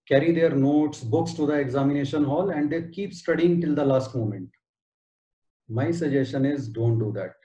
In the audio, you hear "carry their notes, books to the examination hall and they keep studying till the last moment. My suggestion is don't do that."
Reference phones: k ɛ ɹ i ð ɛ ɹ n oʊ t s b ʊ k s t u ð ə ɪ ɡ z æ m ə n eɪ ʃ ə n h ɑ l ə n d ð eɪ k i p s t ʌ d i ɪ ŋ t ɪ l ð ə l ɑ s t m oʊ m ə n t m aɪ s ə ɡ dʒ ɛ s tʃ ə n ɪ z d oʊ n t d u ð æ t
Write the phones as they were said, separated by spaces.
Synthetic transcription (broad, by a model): k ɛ ɹ i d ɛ ɹ n oʊ t s b ʊ k s t u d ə ɪ ɡ z æ m ə n eɪ ʃ ə n h ɑ l ə n d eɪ k i p s t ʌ d i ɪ ŋ t ɪ l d ə l ɑ s t m oʊ m ə n t m aɪ s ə dʒ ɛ s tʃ ə n ɪ z d oʊ n t d u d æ t